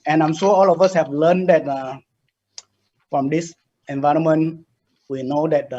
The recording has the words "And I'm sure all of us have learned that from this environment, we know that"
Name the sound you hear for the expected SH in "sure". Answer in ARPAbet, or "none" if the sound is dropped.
S